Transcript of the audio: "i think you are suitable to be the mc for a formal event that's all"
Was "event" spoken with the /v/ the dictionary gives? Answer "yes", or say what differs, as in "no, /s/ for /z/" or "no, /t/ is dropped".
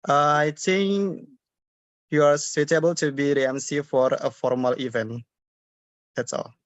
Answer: yes